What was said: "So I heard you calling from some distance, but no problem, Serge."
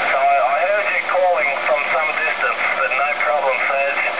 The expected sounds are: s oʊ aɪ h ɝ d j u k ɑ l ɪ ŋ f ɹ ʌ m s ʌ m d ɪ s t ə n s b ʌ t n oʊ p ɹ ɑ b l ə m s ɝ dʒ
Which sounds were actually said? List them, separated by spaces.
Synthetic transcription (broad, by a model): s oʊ aɪ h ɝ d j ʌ k ɑ l ɪ ŋ f ɹ ʌ m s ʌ m d ɪ s t ə n s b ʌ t n oʊ p ɹ ɑ b l ə m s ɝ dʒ